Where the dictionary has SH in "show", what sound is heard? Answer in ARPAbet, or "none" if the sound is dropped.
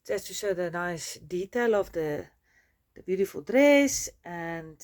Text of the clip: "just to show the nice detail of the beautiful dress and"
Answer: S